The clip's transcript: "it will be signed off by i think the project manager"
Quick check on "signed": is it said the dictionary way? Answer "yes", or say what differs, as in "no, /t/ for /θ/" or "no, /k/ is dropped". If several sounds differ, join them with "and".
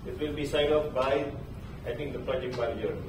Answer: no, /n/ is dropped